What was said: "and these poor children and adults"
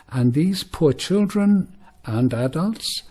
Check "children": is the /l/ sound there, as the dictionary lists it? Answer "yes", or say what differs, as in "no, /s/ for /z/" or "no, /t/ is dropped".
yes